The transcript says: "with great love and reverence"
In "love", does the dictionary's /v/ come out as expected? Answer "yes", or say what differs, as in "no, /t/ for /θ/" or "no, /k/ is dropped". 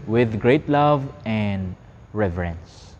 yes